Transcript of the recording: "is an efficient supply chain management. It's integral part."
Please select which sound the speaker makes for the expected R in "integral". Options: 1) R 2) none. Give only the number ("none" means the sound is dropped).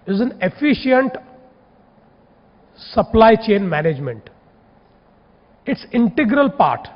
1